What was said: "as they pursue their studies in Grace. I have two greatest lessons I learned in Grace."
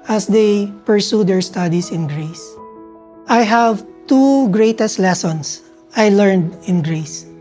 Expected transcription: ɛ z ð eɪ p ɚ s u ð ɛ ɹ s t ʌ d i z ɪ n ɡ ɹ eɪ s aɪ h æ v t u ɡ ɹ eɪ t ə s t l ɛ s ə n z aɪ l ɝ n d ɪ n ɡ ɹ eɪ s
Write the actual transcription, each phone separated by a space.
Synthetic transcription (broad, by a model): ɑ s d eɪ p ɚ s u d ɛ ɹ s t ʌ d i s ɪ n ɡ ɹ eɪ s aɪ h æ v t u ɡ ɹ eɪ t ə s t l ɛ s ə n s aɪ l ɝ n d ɪ n ɡ ɹ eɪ s